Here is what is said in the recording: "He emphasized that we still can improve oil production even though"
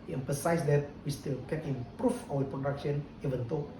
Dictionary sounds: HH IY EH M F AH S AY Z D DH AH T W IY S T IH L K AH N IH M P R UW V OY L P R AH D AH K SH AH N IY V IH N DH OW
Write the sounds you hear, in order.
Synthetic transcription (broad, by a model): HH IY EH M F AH S AY S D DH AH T W IY S T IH L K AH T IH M P R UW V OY W P R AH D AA K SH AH N IY V IH N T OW